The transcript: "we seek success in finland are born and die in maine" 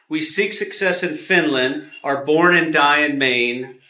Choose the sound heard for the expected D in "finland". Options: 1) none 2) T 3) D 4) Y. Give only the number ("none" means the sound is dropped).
3